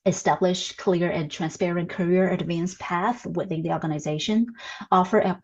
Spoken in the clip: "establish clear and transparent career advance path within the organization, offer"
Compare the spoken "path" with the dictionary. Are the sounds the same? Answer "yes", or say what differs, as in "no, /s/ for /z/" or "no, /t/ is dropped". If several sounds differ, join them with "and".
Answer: yes